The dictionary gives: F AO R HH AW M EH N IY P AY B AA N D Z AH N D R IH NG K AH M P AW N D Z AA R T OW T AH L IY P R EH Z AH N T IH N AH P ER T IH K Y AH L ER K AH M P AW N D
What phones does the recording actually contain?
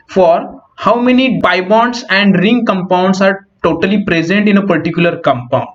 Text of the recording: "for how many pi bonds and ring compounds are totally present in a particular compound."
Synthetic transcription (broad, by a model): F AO R HH AW M EH N IY B AY B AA N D S AH N D R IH NG K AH M P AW N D S AA R T OW T AH L IY P R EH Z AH N T IH N AH P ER T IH K Y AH L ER K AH M P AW N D